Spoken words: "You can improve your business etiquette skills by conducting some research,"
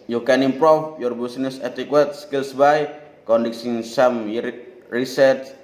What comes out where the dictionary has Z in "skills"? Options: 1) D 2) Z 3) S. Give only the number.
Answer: 3